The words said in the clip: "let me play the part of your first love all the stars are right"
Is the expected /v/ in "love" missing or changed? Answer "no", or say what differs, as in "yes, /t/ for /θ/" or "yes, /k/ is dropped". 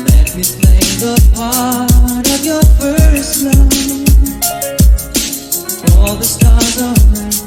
yes, /v/ is dropped